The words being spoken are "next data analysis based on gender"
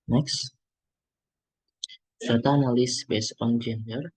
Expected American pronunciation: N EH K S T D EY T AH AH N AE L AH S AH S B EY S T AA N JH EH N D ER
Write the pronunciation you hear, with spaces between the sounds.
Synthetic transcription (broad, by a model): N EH K S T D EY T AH N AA L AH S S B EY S AA N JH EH N D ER